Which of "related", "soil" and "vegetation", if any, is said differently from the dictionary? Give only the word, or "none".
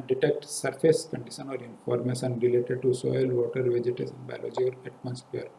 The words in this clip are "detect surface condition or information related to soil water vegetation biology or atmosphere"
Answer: vegetation